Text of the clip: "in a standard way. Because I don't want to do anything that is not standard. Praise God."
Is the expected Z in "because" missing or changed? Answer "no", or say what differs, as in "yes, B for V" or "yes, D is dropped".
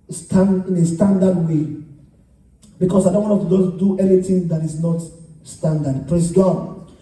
yes, S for Z